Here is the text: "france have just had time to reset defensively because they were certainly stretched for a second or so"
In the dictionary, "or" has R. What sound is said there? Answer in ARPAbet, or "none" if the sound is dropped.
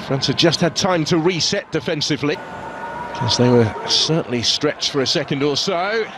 L